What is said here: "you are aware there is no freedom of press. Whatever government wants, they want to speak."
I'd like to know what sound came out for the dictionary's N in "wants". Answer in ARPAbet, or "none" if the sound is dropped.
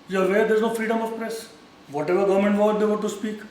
none